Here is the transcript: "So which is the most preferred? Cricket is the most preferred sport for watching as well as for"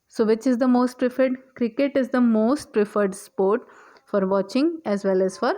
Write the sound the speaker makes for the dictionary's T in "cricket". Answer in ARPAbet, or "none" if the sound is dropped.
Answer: T